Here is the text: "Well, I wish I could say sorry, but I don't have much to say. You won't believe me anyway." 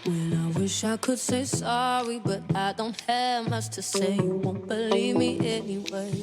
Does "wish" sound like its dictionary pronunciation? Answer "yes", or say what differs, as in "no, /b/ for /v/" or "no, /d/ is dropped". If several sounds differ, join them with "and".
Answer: yes